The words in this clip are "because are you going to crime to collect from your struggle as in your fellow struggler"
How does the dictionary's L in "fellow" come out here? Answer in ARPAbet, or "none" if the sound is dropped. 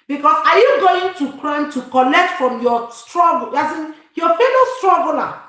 N